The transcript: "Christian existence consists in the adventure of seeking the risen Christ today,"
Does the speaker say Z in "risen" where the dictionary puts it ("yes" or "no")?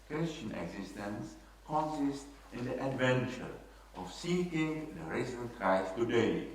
no